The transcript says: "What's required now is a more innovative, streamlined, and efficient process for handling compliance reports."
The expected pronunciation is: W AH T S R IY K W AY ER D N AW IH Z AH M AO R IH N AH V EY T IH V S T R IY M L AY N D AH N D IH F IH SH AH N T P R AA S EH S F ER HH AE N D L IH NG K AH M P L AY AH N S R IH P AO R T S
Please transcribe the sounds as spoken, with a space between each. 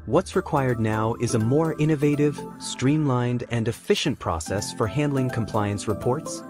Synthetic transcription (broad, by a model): W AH T S R IY K W AY ER D N AW IH Z AH M AO R IH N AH V EY T IH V S T R IY M L AY N D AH N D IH F IH SH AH N P R AA S EH S F ER HH AE N D L IH NG K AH M P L AY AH N S R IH P AO R T S